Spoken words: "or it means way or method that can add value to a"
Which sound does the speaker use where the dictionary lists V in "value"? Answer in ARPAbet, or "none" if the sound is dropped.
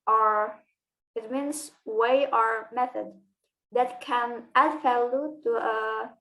F